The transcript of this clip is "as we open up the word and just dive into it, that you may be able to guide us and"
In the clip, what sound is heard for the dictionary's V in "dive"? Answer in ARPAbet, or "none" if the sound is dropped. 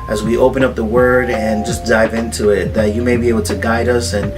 V